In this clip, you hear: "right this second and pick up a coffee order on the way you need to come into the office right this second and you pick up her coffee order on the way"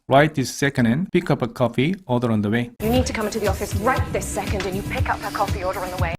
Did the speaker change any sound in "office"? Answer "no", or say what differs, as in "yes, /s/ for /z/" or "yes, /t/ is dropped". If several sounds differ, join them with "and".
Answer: no